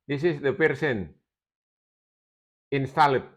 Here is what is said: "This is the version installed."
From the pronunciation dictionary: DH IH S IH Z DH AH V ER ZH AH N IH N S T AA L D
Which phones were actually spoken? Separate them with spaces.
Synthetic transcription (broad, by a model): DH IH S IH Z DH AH P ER S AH N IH N S T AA L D